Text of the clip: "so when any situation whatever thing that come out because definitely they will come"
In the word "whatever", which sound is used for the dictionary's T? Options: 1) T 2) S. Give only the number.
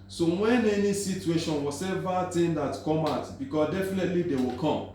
2